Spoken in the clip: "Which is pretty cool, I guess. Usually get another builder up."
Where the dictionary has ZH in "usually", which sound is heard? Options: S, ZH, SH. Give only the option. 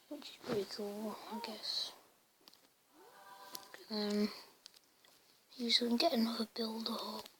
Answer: S